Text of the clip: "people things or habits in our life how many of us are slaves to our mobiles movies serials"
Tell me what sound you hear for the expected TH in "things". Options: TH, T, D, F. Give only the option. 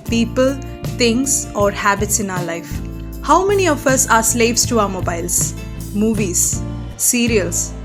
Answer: T